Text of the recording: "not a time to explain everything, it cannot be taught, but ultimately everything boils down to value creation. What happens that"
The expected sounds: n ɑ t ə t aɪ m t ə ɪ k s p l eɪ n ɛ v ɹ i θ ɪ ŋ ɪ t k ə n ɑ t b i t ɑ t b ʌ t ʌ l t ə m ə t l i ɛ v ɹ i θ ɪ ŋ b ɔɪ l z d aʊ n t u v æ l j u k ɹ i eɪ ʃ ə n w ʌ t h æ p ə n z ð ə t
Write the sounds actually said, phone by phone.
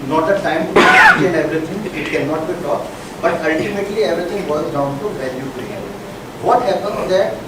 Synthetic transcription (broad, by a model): n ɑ t ə t aɪ m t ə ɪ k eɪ l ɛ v ɹ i t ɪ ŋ ɪ t k ə n ɑ t b i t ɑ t b ʌ t ʌ l t ə m ə t l i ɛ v ɹ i t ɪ ŋ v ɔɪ z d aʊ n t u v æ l j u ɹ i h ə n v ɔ t h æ p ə n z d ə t